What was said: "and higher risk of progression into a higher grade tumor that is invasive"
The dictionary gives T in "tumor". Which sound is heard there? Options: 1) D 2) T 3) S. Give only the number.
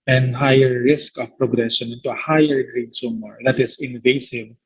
3